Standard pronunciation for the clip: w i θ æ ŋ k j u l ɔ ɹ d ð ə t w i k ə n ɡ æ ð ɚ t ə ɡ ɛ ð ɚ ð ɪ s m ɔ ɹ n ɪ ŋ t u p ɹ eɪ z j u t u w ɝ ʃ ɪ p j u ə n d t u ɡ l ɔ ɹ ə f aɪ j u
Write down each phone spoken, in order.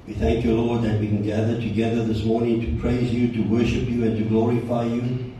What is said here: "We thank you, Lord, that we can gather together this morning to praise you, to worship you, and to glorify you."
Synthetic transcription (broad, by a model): w i θ æ ŋ k j u l ɔ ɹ d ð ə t w i k ə n ɡ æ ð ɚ t ə ɡ ɛ ð ɚ ð ɪ s m ɔ ɹ n ɪ ŋ t u p ɹ eɪ z j u t u w ɝ ʃ ɪ p j u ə n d t u ɡ l ɔ ɹ ə f aɪ j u